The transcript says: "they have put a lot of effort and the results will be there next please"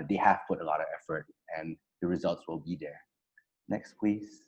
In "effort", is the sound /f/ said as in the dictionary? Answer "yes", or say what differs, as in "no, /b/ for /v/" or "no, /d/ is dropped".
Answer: yes